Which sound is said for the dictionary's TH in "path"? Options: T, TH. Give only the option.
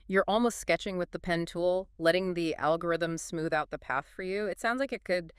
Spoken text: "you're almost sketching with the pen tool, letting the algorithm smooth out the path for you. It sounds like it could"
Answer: TH